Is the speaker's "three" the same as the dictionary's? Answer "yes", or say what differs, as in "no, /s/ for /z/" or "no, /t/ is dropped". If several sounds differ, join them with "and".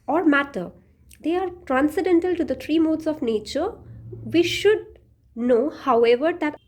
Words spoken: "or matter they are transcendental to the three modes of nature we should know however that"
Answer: no, /t/ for /θ/